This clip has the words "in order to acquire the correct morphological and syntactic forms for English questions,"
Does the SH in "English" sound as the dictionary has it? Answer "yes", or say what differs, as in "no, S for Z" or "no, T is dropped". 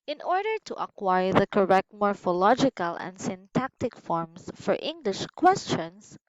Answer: yes